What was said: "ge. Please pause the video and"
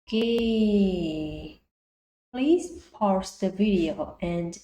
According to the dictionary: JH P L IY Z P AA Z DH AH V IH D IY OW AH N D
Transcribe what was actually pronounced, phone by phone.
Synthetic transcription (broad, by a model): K P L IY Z P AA S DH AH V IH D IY OW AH N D